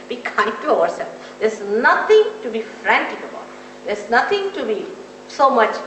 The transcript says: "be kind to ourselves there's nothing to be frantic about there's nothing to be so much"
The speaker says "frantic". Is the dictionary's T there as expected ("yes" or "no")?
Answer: yes